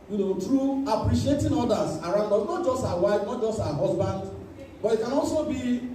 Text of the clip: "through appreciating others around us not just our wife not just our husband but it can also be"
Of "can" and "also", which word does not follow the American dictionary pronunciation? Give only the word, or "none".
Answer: none